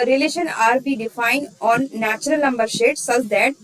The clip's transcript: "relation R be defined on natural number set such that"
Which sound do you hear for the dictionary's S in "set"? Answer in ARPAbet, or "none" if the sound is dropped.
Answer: SH